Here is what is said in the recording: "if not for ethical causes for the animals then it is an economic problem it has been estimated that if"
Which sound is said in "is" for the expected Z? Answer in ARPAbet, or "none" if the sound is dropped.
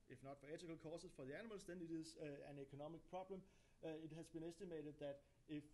S